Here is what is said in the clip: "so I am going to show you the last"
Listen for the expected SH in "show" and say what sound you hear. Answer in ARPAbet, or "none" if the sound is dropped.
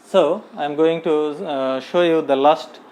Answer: SH